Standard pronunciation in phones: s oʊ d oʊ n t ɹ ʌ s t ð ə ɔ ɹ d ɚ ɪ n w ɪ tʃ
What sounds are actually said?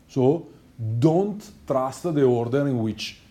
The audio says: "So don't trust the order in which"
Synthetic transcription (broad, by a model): s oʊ d oʊ n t ɹ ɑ s t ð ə ɔ ɹ d ɚ ɪ n w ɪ tʃ